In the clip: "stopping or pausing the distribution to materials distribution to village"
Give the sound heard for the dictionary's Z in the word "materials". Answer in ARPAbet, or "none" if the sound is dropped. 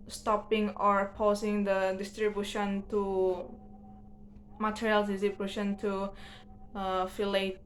none